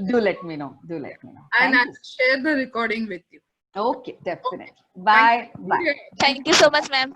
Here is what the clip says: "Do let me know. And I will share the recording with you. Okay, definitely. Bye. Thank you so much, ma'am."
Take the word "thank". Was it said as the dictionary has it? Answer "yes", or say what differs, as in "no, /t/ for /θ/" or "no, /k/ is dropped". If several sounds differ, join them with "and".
no, /t/ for /θ/